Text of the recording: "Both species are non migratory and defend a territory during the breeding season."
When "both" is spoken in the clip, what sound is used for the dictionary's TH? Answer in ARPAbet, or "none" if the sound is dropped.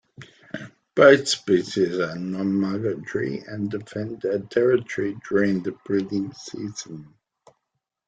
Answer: TH